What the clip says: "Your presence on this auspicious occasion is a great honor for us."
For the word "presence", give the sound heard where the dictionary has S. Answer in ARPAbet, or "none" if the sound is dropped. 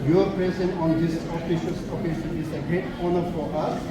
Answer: none